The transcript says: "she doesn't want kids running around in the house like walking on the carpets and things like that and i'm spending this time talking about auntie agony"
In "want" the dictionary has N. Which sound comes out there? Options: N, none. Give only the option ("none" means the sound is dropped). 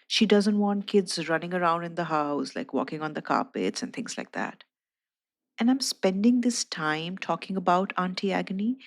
N